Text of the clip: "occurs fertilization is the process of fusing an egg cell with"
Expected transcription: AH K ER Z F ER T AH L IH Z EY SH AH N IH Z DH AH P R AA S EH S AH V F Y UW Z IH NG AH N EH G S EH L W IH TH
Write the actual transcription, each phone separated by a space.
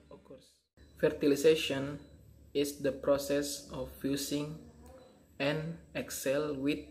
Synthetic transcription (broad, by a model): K F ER T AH L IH S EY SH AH N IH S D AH P R AA S EH S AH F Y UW S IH NG AH N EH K S EH L W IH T